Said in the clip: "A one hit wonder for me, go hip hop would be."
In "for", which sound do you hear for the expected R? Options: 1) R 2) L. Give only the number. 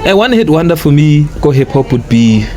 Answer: 2